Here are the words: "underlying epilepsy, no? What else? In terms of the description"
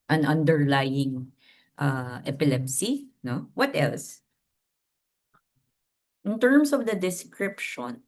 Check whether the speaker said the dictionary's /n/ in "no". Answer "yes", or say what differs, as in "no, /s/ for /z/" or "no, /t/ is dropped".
yes